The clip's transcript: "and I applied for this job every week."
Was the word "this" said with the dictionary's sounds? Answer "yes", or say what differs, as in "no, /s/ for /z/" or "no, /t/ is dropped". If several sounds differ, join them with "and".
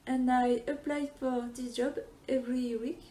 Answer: no, /s/ is dropped